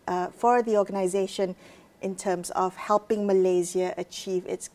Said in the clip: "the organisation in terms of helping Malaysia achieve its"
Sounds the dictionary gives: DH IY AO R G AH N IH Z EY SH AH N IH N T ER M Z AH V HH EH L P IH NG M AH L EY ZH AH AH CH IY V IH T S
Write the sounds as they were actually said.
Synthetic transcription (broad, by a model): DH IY AO G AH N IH Z EY SH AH N IH N T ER M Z AH V HH EH L P IH NG M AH L EY Z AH AH CH IY V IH T S